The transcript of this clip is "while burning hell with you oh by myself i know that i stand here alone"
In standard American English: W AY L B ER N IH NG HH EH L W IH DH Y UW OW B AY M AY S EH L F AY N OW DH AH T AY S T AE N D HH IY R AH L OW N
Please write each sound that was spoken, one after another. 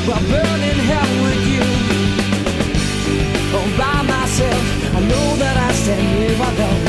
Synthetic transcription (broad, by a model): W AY B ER N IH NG HH EH L W IH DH Y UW OW B AY M AY S EH L F AY N OW DH AH T AY S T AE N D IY W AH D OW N